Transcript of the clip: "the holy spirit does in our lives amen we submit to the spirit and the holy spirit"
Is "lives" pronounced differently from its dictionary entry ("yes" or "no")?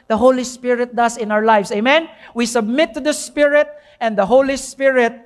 yes